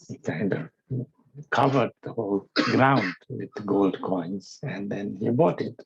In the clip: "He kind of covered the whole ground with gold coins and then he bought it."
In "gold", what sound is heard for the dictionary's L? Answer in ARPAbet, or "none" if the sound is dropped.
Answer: L